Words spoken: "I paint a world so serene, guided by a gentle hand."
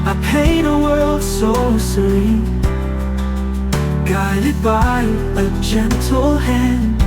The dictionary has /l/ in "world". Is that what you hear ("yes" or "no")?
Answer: yes